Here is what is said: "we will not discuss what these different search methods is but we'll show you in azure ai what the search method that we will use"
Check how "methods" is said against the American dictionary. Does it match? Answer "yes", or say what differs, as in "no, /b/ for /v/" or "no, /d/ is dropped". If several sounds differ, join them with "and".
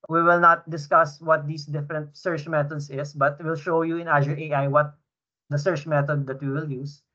no, /t/ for /θ/ and /s/ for /z/